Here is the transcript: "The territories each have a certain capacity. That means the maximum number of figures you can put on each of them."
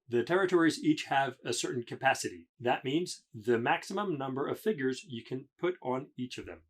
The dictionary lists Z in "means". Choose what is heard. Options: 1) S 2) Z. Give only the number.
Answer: 2